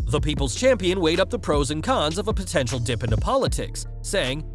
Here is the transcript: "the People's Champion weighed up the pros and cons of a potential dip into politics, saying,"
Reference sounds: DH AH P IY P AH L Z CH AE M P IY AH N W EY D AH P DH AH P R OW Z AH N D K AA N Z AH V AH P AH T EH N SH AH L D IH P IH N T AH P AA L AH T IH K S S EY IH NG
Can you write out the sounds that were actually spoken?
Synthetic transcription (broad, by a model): DH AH P IY P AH L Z CH AE M P IY AH N W EY D AH P DH AH P R OW Z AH N K AA N Z AH V AH P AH T EH N SH L D IH P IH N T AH P AA L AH T IH K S S EY IH NG